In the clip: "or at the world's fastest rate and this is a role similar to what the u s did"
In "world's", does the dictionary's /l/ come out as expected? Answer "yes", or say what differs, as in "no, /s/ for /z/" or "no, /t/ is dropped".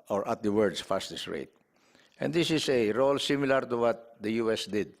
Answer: no, /l/ is dropped